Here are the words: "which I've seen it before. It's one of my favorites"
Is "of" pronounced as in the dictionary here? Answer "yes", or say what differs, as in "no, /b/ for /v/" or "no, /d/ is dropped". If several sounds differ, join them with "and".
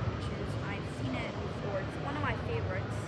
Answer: yes